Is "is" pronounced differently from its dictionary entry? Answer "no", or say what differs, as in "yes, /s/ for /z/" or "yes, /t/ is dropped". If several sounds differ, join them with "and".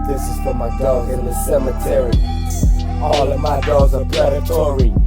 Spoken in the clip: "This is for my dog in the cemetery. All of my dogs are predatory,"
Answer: no